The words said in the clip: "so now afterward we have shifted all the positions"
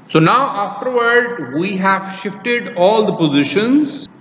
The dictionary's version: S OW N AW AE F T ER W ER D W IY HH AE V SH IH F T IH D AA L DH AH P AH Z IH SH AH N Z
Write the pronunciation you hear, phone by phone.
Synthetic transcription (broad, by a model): S OW N AW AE F T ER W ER D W IY HH AE V SH IH F T IH D AA L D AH P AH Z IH SH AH N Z